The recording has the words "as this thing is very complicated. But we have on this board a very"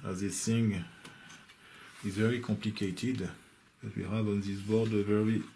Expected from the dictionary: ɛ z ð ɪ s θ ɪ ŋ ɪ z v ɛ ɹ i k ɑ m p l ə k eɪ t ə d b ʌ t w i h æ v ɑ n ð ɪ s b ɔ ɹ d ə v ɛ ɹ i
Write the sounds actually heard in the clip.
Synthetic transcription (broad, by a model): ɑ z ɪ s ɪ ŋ ɪ z v ɛ ɹ i k ɑ m p l ə k eɪ t ə d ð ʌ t w i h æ v ɑ n ð ɪ s b ɔ ɹ d ə v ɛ ɹ i